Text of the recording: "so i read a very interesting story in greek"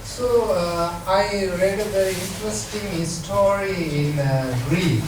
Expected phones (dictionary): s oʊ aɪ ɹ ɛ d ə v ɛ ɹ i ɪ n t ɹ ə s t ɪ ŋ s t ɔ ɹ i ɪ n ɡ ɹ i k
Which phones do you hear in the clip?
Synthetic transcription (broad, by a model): s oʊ aɪ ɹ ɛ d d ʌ i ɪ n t ɹ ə s t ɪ ŋ s t ɔ ɹ i ɪ n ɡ ɹ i